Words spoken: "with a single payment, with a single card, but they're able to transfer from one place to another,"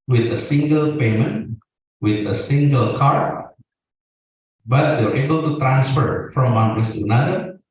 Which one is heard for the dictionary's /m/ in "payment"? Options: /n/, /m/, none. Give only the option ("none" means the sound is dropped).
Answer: /m/